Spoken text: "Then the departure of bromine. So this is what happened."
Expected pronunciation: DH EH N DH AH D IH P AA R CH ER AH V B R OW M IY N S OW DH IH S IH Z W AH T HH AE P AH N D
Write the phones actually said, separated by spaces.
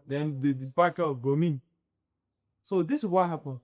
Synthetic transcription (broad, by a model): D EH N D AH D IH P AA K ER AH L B OW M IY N S OW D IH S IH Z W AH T HH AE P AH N